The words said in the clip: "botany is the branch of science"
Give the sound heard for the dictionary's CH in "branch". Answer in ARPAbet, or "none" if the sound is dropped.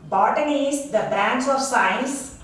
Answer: S